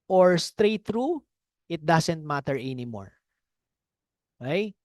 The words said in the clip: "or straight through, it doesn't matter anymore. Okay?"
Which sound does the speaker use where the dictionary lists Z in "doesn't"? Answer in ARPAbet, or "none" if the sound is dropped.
S